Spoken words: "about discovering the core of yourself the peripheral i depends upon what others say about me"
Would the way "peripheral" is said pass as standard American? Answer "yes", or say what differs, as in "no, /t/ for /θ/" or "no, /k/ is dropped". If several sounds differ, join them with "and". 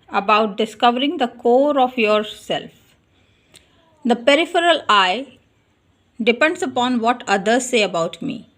yes